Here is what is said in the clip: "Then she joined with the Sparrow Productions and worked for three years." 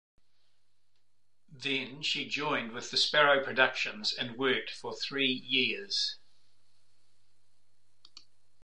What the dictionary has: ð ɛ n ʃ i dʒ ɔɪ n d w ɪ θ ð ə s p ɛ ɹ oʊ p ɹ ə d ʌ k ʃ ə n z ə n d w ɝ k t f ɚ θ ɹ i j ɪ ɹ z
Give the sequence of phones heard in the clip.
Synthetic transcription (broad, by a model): ð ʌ n ʃ i dʒ ɔɪ n d w ɪ ð ə s p ɛ ɹ oʊ p ɹ ə d ʌ k ʃ ə n z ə n w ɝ k t f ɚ θ ɹ i j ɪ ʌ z